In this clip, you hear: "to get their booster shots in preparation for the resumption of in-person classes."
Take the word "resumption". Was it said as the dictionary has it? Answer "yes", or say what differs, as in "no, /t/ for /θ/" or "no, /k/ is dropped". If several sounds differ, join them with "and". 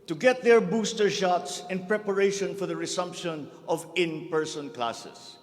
no, /s/ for /z/